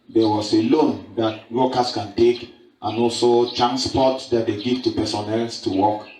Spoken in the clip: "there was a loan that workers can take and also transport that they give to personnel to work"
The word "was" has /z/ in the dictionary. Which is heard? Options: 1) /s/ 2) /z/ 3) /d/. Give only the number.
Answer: 1